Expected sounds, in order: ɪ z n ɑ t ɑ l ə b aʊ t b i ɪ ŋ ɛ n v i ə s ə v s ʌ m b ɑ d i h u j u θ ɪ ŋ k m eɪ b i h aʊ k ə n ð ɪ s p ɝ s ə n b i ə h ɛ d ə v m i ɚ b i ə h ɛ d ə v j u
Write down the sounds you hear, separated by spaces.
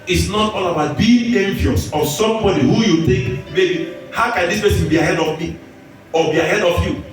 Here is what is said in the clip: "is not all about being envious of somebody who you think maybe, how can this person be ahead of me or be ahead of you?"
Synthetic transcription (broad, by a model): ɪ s n ɑ t ɑ l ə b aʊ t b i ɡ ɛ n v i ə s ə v s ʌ m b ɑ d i h u j u t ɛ k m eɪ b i h aʊ k ə n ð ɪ s p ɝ s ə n b i ə h ɛ d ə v m i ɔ b i ə h ɛ d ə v j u